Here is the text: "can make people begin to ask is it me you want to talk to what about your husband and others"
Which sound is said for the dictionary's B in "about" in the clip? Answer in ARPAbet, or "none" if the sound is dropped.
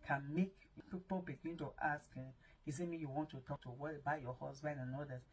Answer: none